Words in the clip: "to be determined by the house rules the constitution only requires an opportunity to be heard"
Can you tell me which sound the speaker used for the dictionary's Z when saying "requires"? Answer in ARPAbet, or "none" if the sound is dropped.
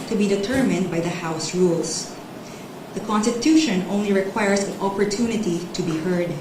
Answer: S